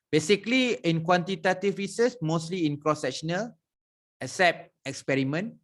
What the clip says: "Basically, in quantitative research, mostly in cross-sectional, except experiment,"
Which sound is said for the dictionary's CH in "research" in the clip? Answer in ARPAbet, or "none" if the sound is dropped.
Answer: S